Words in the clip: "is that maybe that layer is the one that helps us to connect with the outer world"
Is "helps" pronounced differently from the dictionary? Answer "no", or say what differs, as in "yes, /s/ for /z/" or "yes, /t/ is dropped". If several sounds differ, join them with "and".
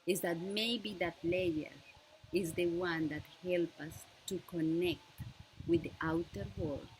yes, /s/ is dropped